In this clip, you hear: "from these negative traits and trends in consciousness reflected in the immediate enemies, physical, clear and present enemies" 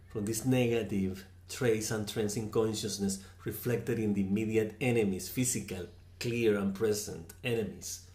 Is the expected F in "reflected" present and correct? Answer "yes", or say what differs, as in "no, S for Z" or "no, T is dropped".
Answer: yes